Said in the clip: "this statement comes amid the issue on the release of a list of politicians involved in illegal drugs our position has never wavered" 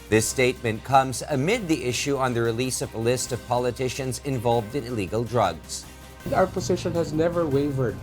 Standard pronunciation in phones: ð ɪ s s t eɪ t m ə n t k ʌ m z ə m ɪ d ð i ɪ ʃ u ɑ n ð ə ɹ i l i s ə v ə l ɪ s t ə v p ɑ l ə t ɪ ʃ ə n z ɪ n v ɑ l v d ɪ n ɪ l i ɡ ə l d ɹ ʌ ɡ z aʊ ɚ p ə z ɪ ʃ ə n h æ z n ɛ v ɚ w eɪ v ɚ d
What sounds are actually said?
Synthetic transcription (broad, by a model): ð ɪ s s t eɪ t m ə n k ʌ m z ə m ɪ d ð i ɪ ʃ u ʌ n ð ə ɹ i l i s ə v ə l ɪ s t ə v p ɑ l ə t ɪ ʃ ə n z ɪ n v ɑ l v d ɪ n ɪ l i ɡ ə l d ɹ ʌ ɡ z aʊ ɚ p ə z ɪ ʃ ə n h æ z n ɛ v ɚ w eɪ v ɚ d